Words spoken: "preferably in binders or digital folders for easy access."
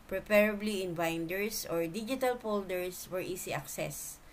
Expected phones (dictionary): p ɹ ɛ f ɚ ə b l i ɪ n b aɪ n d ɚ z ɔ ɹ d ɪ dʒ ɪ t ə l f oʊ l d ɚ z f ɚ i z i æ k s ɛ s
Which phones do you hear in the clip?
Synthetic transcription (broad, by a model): p ɹ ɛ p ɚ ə b l i ɪ n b aɪ n d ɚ s ɔ ɹ d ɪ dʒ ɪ t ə l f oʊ l d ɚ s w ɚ i s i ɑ k s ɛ s